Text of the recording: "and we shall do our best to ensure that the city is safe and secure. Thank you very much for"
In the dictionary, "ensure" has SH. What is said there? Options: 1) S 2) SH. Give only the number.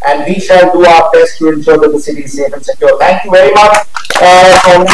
1